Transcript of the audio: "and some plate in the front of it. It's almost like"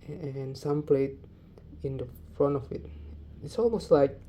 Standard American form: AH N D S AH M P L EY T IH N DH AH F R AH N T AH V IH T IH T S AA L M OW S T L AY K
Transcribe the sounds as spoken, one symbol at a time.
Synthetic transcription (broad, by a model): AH N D S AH M P L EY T IH N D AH F R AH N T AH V IH T IH T S AA L M OW S T L AY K